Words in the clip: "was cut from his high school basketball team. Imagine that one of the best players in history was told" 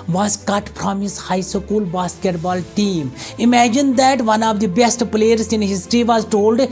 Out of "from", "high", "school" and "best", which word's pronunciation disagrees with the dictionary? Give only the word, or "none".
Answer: from